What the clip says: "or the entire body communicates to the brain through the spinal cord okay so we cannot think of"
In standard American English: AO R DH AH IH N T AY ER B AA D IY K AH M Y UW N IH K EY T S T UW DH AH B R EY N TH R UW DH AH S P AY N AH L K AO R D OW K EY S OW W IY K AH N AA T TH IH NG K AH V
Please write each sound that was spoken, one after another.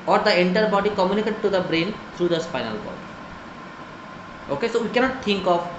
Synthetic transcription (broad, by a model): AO R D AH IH N T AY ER B AA D IY K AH M Y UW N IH K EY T T UW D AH B R EY N T R UW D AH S F AY N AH L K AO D OW K EY S OW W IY K AH N AA T T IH NG K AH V